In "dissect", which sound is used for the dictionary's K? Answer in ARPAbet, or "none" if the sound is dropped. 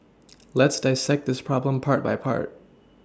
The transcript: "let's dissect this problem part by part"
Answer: K